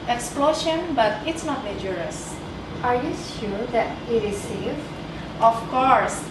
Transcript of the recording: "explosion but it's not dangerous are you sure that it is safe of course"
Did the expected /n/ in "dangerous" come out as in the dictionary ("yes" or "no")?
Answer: no